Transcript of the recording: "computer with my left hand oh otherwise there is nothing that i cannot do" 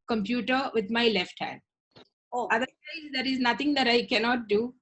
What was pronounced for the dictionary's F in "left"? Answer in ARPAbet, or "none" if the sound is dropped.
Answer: F